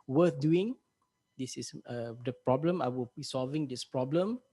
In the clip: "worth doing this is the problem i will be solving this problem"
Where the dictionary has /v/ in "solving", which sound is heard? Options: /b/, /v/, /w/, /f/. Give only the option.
/v/